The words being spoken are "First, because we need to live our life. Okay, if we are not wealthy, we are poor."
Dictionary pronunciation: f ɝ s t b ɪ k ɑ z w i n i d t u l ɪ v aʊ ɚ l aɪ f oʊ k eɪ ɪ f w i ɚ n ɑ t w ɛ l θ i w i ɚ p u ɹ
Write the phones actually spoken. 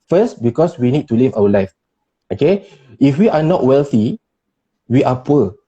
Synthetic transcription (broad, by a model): f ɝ s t b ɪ k ɑ s w i n i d t u l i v aʊ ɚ l aɪ f oʊ k eɪ ɪ f w i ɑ n ɑ t w ɛ l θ i w i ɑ p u